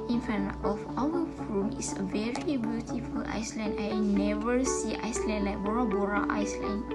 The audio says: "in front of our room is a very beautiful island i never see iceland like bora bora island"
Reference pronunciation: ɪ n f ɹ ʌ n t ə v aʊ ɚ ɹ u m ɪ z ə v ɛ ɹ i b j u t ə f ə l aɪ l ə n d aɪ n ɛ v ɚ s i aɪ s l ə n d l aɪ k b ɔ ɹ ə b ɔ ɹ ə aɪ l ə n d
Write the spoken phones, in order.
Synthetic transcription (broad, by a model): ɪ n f ʌ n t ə f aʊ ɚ ɹ u m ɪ s ə v ɛ ɹ i b j u t ə f ə l aɪ l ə n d aɪ n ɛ v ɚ s i aɪ s l ə n d l aɪ k b ɔ ɹ ə b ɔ ɹ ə aɪ l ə n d